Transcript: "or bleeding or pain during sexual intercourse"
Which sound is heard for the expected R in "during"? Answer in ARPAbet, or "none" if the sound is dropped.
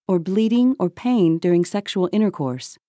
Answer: R